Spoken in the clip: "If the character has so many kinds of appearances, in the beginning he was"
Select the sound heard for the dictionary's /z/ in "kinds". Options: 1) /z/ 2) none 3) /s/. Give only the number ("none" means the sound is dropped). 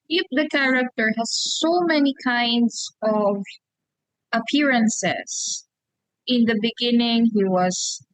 3